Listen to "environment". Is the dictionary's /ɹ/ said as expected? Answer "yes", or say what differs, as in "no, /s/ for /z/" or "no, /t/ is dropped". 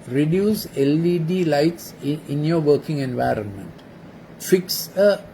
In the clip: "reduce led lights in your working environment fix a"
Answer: yes